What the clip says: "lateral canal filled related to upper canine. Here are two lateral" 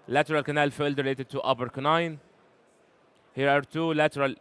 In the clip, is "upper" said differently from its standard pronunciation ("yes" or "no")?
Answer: yes